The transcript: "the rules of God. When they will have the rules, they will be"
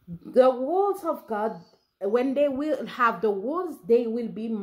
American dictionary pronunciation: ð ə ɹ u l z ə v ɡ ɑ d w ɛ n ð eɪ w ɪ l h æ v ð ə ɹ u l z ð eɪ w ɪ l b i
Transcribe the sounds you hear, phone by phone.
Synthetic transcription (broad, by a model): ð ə w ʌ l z ə v ɡ ɑ d w ɛ n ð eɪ w ɪ l h æ v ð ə w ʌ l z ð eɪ w ɪ l b i